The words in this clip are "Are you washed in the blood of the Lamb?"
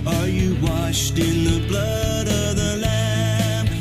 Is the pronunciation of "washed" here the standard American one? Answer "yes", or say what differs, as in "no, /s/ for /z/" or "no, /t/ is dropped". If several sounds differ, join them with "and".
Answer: yes